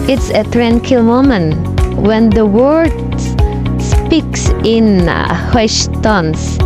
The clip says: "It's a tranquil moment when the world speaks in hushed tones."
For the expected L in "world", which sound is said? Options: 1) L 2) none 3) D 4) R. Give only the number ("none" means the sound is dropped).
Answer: 2